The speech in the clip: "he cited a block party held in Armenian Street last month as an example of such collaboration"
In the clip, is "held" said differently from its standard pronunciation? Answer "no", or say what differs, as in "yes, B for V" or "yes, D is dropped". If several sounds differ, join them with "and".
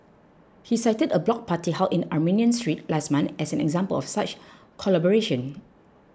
yes, D is dropped